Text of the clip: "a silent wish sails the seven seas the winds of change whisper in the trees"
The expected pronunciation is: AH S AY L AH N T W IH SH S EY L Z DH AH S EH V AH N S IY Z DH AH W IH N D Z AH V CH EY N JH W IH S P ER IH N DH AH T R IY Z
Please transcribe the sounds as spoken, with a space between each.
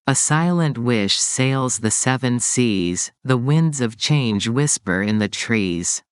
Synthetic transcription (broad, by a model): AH S AY L AH N T W IH SH S EY L Z DH AH S EH V AH N S IY Z DH AH W IH N D Z AH V CH EY N JH W IH S P ER IH N DH AH T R IY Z